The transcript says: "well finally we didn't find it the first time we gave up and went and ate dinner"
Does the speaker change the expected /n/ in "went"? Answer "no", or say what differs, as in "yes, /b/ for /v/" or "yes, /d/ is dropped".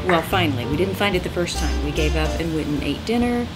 yes, /n/ is dropped